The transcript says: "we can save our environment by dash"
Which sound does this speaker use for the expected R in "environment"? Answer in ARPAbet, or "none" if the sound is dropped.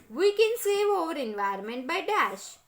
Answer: none